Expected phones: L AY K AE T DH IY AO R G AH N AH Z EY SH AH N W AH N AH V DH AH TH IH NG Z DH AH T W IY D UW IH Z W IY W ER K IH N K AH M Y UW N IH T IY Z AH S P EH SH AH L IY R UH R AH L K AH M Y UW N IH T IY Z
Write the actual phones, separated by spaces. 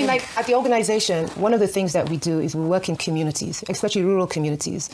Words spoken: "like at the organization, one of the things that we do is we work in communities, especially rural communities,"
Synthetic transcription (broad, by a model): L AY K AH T DH IY AO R G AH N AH Z EY SH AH N W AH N AH V DH AH TH IH NG Z DH AH T W IY D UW IH Z W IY W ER K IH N K AH M Y UW N IH T IY Z AH S P EH SH AH L IY R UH R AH L K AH M Y UW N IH T IY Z